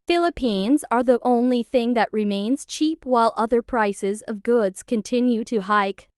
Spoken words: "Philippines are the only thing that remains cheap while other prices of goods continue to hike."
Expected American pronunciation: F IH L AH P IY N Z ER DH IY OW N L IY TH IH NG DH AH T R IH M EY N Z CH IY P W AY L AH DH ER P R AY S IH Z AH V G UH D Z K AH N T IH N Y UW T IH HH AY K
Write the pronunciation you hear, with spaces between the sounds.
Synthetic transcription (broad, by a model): F IH L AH P IY N Z ER DH IY OW N L IY TH IH NG DH AH T R IH M EY N Z CH IY P W AY L AH DH ER P R AY S IH Z AH V G UH D Z K AH N T IH N Y UW T IH HH AY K